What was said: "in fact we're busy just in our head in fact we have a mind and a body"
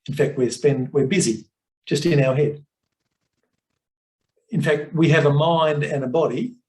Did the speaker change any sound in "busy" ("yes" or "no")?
no